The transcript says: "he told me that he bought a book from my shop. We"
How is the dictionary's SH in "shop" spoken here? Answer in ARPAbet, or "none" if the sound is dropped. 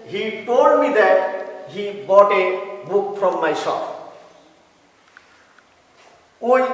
S